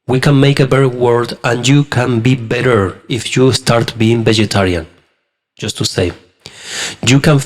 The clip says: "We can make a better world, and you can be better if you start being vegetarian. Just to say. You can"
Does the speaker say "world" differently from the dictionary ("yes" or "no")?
yes